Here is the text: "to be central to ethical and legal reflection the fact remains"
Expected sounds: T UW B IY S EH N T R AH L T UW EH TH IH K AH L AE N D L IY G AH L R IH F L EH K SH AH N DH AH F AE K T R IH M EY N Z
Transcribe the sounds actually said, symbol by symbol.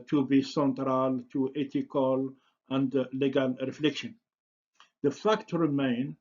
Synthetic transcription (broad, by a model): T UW B IY S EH N T R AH L T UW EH T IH K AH L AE N D L IY G AH L R IH F L EH K SH AH N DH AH F AE K T R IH M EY N